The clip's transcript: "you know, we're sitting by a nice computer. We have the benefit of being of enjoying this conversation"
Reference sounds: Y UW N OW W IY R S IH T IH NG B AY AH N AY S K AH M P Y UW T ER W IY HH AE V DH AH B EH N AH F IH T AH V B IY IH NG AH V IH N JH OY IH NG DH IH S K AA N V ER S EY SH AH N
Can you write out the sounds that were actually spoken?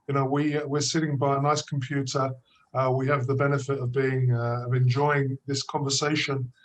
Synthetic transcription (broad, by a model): Y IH N OW W IY W S IH T IH NG B AY AH N AY S K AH M P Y UW T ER W IY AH V DH AH B EH N AH F IH T AH V B IY IH NG AH V IH N JH OY IH NG DH IH S K AA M V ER S EY SH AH N